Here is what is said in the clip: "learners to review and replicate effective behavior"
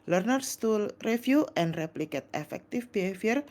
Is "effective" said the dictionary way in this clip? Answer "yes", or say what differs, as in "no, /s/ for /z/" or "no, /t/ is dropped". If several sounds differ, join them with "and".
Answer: no, /f/ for /v/